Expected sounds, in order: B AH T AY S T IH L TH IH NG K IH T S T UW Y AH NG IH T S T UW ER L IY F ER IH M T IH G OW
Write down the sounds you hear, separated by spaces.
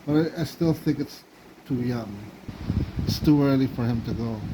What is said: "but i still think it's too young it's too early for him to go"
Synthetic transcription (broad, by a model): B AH T AY S T IH L TH IH NG K IH T S T UW Y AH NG IH T S T UW ER L IY F ER IH M T IH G OW